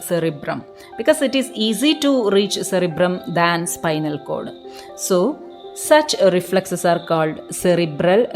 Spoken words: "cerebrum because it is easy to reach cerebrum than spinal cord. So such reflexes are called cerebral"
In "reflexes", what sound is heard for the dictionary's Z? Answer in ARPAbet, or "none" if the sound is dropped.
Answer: S